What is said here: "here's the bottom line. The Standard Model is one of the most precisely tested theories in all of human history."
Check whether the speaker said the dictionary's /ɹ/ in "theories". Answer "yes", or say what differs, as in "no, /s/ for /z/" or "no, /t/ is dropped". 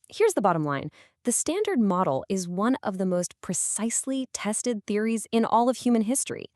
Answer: yes